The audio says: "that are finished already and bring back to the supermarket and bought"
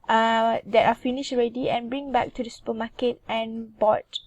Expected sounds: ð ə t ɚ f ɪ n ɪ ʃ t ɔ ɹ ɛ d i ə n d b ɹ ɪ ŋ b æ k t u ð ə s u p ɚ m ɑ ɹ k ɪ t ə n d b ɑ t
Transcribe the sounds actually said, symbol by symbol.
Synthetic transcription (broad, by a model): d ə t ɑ f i n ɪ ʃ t ɔ ɹ ɛ d i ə n b ɹ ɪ ŋ b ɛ k t u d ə s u p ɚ m ɑ k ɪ t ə n b ɑ t